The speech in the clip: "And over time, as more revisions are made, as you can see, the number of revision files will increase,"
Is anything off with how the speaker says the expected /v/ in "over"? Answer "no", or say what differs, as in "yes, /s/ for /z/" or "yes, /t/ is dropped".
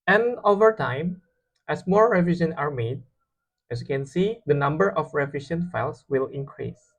no